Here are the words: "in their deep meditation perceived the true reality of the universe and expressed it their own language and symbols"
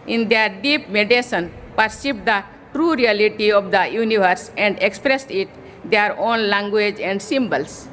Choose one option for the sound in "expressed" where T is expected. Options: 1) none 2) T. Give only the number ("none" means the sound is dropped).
2